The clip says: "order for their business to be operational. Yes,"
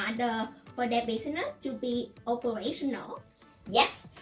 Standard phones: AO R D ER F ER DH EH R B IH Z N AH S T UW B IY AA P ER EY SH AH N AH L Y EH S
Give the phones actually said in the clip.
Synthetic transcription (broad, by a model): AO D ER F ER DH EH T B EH S N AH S T UW B IY AA P ER EY SH AH N AH L Y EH S